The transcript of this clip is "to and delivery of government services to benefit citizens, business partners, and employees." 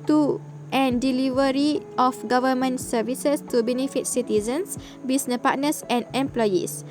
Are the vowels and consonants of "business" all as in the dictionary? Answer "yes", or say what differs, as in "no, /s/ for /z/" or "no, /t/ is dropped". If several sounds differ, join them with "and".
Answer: no, /s/ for /z/ and /s/ is dropped